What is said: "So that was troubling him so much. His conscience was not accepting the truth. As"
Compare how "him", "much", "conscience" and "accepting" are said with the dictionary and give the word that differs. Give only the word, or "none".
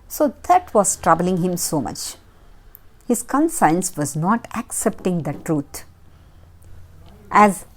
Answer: conscience